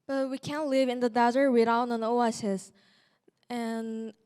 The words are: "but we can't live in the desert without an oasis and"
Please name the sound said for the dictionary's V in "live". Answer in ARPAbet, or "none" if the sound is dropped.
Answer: V